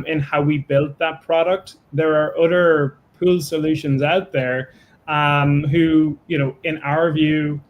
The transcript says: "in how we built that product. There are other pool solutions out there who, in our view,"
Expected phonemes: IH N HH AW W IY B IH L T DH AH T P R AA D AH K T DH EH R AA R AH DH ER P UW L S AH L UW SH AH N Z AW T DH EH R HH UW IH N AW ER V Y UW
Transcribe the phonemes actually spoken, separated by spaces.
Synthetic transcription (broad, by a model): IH N HH AW W IY B IH L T DH AH T P R AA D AH K T DH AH R R AH DH ER P UW L S AH L UW SH AH N Z AW T DH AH R HH UW IH N AW ER V Y UW